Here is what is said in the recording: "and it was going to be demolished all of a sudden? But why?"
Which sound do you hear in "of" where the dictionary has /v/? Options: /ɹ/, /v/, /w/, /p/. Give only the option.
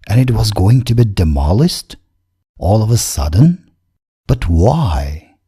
/v/